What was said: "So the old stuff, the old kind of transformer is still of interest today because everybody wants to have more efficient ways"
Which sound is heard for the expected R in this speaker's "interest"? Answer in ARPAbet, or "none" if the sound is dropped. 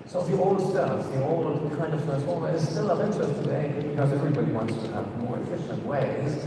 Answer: none